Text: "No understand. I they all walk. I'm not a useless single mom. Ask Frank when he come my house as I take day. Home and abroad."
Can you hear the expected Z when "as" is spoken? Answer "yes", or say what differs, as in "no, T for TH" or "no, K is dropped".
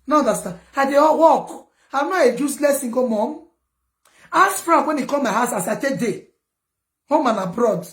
no, S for Z